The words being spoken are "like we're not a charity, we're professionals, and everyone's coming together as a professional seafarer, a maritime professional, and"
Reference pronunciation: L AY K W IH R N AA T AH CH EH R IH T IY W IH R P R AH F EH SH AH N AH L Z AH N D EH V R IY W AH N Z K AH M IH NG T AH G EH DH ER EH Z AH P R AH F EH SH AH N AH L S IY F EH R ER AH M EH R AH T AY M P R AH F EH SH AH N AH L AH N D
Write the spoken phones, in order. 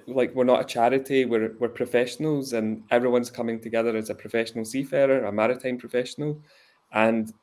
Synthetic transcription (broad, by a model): L AY K W IH R N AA T AH CH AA R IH T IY W IH R P R AH F EH SH AH N AH L Z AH N EH V R IY W AH N Z K AH M IH NG T AH G EH DH ER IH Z AH P R AH F EH SH AH N AH L S IY F EH R ER AH M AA R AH T AY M P R AH F EH SH AH N AH L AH N